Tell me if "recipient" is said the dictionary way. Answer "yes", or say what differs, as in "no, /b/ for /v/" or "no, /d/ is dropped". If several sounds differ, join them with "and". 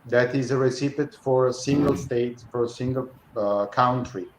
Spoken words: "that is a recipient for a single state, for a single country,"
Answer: no, /n/ is dropped